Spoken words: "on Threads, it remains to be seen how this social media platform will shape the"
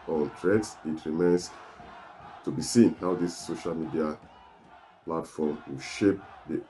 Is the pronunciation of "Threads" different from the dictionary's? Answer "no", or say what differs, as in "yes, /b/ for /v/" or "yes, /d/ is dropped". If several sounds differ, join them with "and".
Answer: yes, /t/ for /θ/